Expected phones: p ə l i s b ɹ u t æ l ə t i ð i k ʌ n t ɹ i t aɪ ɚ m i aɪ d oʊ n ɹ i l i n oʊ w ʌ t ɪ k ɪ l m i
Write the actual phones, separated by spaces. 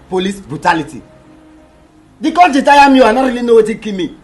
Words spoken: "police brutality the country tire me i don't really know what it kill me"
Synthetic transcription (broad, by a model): p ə l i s b ɹ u t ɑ l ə t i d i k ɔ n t i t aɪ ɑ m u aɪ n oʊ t ɹ i l i n oʊ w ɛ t ɪ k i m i